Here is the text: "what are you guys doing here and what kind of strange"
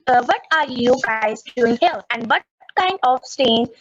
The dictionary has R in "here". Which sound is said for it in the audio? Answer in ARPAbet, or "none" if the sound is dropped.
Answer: L